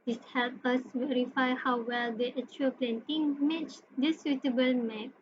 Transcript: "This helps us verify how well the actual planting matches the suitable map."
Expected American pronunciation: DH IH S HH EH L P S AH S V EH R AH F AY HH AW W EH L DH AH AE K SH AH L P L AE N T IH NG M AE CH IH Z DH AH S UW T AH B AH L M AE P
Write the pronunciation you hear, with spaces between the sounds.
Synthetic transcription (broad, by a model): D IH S HH EH L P AH S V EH R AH F AY HH AW W EH L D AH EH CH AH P L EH N T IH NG M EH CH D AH S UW T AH B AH L M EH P